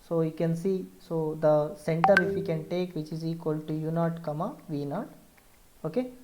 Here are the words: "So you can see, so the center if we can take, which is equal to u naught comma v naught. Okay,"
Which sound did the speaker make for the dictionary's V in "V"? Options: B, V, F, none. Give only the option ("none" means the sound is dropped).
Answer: V